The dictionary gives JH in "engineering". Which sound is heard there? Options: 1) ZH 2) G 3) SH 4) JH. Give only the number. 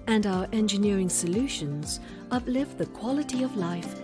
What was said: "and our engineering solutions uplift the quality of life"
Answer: 4